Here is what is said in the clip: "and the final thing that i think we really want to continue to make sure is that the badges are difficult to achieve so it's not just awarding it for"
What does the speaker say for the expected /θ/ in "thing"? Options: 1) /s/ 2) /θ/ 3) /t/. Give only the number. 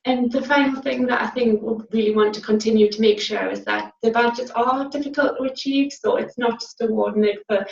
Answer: 2